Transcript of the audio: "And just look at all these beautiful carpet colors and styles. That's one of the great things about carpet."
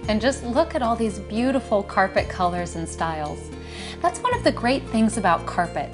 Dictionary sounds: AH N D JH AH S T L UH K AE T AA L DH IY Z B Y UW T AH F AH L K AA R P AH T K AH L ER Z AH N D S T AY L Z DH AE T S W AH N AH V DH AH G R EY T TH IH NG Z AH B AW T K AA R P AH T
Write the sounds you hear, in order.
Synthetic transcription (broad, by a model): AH N JH AH S T L UH K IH T AA L DH IY Z B Y UW T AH F L K AA R P AH T K AH L ER Z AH N S T AY L Z DH AE T S W AH N AH V DH AH G R EY T TH IH NG Z AH B AW T K AA R P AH T